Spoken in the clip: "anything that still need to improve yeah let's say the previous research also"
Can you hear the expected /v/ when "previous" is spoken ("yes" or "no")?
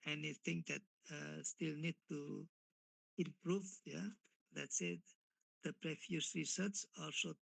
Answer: no